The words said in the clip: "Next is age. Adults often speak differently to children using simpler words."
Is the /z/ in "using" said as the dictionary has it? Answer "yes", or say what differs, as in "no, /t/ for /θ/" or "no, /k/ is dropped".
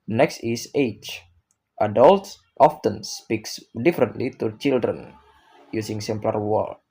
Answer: no, /s/ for /z/